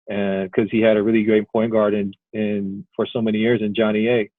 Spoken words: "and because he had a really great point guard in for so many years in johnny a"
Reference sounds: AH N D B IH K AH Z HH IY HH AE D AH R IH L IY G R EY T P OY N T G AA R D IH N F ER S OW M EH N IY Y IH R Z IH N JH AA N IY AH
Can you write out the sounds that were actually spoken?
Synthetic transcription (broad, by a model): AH N K AH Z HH IY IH D AH R IH L IY G R EY T P OY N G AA R D IH N F ER S OW M EH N IY Y IH R Z IH N JH AA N IY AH